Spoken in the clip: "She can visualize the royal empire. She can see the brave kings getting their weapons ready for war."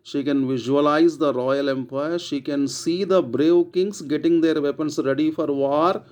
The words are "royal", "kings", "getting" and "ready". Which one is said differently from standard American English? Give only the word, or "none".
kings